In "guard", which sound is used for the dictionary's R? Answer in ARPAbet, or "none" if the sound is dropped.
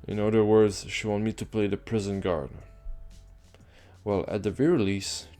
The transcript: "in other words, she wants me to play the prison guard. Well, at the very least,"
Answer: R